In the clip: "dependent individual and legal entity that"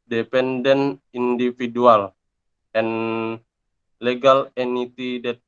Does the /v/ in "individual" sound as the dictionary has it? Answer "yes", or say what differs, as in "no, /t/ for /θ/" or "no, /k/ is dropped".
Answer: no, /f/ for /v/